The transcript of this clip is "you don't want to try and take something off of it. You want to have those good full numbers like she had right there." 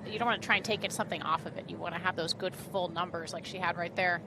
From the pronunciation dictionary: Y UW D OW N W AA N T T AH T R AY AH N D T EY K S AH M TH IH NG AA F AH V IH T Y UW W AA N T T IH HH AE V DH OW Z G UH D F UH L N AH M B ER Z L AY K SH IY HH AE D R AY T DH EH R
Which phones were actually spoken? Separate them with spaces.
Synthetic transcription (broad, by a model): Y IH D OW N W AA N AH T R AY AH N T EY K S AH M TH IH NG AA F AH V IH T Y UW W AA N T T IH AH V DH OW Z G UH D F UH L N AH M B ER Z L AY K SH IY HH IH D R AY T DH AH R